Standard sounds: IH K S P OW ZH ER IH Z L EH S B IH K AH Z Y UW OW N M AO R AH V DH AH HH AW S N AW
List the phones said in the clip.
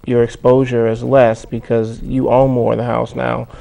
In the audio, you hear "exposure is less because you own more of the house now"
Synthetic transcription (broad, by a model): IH K S P OW ZH ER IH Z L EH S B IH K AH Z Y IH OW L M AO R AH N DH AH HH AW S N AW